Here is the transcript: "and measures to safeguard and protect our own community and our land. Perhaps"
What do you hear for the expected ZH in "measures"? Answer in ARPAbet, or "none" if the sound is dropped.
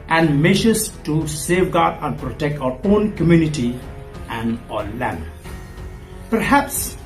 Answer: SH